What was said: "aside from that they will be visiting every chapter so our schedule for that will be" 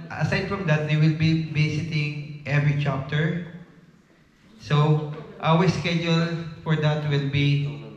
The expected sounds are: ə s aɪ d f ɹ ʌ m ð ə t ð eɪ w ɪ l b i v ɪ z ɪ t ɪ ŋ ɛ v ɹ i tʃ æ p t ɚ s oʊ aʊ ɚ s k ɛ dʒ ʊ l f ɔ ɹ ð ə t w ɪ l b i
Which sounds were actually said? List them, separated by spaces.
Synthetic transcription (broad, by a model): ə s aɪ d f ɹ ʌ m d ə t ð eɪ w ɪ l b i b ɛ s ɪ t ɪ ŋ ɛ v ɹ i tʃ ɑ p t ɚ s oʊ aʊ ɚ s k ɛ dʒ ʊ l f ɔ ɹ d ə t w ɪ l b i